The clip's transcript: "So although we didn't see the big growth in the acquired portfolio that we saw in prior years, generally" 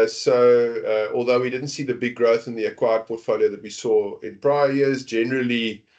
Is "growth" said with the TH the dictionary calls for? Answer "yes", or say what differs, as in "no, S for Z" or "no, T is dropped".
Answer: yes